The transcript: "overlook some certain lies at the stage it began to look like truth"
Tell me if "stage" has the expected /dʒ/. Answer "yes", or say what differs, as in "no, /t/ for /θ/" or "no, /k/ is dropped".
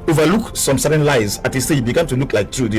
no, /dʒ/ is dropped